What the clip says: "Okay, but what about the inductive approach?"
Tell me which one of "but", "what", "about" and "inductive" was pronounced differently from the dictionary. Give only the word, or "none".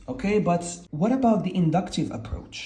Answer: none